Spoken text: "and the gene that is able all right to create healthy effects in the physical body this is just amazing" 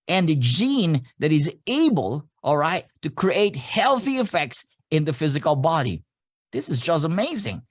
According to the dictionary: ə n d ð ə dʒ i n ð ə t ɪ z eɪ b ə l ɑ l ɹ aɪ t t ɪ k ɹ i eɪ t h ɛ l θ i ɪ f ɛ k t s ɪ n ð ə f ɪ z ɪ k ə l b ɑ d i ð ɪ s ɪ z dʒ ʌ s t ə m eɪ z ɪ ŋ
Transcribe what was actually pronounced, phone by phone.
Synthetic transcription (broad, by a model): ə n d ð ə dʒ i n ð ə t ɪ z eɪ b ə l ɑ l ɹ aɪ t t ɪ k ɹ i eɪ t h ɛ l θ i ɪ f ɛ k t s ɪ n ð ə f ɪ z ɪ k ə l b ɑ d i ð ɪ s ɪ z dʒ ʌ s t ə m eɪ z ɪ ŋ